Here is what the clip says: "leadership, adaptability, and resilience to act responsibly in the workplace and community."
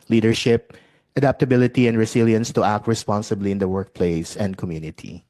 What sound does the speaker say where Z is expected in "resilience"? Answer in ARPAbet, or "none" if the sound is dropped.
S